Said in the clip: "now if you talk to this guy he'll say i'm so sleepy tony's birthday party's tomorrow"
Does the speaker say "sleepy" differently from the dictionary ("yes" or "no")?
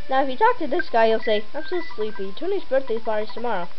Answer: no